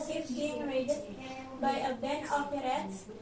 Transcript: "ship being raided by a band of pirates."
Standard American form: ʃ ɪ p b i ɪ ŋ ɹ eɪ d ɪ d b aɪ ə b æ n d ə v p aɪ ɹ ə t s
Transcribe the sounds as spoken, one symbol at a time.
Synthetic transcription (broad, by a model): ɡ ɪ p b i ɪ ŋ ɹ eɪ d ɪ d b aɪ ə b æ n ə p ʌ ɹ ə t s